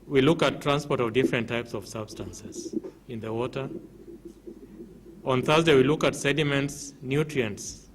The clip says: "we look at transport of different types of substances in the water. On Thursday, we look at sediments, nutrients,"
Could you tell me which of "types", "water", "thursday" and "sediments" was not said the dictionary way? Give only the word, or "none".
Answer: none